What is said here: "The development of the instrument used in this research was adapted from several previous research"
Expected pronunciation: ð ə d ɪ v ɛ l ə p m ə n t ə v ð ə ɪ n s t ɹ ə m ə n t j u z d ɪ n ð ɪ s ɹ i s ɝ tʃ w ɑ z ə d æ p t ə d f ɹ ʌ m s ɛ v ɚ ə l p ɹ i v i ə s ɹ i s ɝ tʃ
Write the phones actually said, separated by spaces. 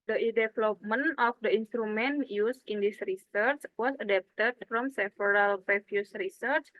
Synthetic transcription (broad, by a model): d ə d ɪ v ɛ l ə p m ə n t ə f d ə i n s t ɹ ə m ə n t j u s ɪ n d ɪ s ɹ i s ɝ tʃ w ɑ s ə d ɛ p t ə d f ɹ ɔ m s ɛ f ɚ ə l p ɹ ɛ f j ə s ɹ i s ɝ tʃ